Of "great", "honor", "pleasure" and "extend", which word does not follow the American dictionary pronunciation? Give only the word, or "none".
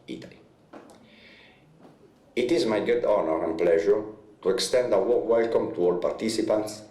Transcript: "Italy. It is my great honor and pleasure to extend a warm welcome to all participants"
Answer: great